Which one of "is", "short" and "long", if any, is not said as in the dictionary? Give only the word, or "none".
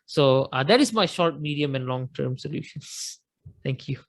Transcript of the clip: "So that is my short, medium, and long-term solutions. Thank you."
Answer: is